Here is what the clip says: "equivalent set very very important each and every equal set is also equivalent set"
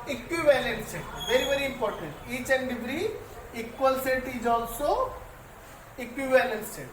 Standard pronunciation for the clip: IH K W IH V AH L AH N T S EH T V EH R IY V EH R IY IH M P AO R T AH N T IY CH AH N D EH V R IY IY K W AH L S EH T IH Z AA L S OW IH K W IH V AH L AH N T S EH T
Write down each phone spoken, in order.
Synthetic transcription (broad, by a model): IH K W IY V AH L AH N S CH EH V EH R IY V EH R IY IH M P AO R T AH N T IY CH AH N D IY B R IY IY K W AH L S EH T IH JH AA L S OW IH K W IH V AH L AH N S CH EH